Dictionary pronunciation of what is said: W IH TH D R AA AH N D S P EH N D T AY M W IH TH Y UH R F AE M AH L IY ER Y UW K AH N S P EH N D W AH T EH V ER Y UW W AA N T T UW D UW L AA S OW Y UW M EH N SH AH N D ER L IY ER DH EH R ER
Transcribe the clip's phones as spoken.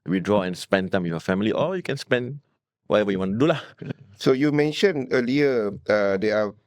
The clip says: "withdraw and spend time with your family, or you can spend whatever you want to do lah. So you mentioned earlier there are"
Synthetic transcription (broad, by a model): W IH D R AA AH N S P EH N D T AY M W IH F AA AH F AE M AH L IY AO Y UW K AH N S P EH N D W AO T EH V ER Y UW W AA N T T UW D UW L AA S OW Y UW M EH N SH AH N ER L IY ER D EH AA